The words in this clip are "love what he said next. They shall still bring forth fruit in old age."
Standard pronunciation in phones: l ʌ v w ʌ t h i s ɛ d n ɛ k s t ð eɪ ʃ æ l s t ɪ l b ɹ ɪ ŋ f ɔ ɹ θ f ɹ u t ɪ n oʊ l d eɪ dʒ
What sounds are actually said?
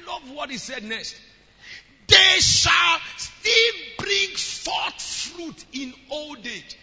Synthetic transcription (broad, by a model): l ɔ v w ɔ t h i s ɛ d n ɛ k s t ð eɪ ʃ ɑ l s t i l b ɹ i ŋ f ɔ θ f ɹ u t ɪ n oʊ l d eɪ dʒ